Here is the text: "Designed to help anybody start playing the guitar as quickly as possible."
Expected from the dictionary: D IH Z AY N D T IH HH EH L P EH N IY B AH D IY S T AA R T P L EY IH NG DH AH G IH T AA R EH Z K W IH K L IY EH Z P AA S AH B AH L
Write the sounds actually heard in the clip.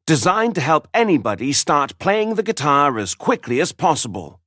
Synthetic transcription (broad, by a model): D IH Z AY N T IH HH EH L P EH N IY B AH D IY S T AA R T P L EY IH NG DH AH G IH T AA R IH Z K W IH K L IY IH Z P AA S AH B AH L